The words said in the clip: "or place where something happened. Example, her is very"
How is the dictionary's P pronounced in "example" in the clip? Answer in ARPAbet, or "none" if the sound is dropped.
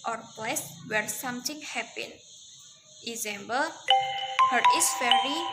B